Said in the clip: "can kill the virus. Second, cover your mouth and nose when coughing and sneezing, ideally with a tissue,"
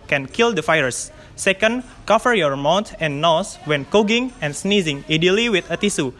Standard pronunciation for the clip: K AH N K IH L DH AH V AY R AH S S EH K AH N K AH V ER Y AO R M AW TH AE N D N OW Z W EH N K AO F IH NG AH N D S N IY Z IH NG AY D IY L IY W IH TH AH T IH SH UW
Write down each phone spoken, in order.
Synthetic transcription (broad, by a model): K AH N K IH L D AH F AY AH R S EH K AH N K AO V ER Y AO R M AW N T N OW S W EH N K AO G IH NG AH N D S N IY Z IH NG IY D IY L IY W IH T AH T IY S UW